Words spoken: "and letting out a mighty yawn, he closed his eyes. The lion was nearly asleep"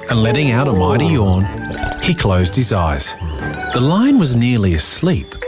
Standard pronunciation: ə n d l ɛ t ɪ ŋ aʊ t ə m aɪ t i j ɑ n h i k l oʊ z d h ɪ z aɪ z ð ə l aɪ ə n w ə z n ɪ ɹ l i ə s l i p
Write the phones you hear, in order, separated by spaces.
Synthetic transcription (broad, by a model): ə n l ɛ t ɪ ŋ aʊ t ə m aɪ t i j ɑ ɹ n i k l oʊ z d h ɪ z aɪ z ð ə l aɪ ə n w ə z n ɪ ɹ l i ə s l i p